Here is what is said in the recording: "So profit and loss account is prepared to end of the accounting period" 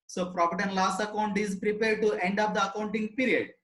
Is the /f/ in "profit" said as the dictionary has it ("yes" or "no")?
no